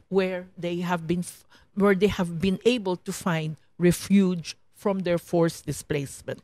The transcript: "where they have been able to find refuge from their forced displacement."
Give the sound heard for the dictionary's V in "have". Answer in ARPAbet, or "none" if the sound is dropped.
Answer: V